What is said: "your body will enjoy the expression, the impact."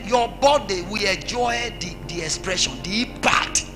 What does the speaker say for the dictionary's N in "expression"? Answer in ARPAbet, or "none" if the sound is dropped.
N